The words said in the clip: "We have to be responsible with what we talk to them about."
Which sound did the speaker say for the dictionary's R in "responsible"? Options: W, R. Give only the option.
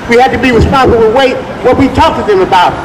W